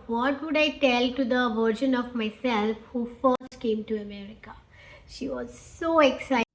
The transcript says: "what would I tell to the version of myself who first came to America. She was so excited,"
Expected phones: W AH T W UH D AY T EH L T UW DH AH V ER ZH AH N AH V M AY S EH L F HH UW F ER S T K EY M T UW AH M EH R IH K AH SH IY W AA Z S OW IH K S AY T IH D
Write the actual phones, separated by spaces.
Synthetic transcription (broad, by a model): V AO T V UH D AY T EH L T UW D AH V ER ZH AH N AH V M AY S EH L F HH UW F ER S T K EY M T UW AH M EH R IH K AH SH IY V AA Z S OW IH K S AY IH